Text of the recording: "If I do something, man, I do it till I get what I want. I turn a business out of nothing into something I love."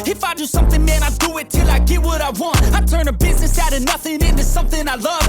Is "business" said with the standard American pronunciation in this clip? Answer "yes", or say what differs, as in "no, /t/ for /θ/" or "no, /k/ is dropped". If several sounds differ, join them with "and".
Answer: yes